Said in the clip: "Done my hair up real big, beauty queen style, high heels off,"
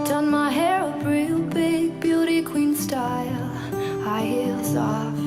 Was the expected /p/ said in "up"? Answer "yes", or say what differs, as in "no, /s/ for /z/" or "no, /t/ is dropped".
no, /b/ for /p/